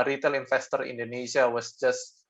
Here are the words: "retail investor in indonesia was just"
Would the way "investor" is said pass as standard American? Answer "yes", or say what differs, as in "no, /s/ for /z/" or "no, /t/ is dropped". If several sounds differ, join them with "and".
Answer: no, /f/ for /v/